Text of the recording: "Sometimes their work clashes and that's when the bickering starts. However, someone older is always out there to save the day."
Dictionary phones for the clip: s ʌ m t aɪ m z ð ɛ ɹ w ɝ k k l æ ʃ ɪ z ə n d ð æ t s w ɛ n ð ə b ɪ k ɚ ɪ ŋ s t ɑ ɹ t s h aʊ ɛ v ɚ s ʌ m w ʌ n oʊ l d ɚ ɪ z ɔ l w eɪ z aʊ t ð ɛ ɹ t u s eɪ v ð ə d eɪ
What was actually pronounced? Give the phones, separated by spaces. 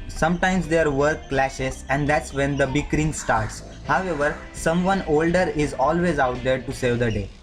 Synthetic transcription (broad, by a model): s ʌ m t aɪ m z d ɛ ɹ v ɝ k k l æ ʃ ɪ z ə n d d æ t s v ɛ n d ə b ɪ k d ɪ ŋ s t ɑ ɹ t s h aʊ ɛ v ɚ s ʌ m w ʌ n oʊ l d ɚ ɪ z ɔ l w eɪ z aʊ t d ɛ ɹ t u s eɪ v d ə d eɪ